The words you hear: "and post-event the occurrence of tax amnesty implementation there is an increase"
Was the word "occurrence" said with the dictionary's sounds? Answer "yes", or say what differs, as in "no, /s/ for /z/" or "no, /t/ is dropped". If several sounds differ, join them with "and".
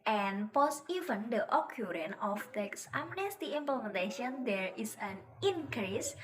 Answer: no, /s/ is dropped